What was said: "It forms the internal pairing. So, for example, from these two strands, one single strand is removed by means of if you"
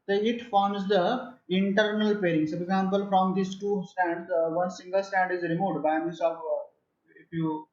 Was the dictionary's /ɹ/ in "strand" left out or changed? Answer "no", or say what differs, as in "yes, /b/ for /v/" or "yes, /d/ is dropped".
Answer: yes, /ɹ/ is dropped